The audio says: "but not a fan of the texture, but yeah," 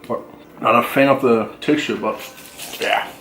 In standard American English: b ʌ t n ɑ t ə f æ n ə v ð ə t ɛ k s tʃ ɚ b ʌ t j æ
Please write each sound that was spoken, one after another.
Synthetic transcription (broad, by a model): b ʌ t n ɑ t ə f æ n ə p ð ə t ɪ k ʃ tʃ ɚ b ʌ t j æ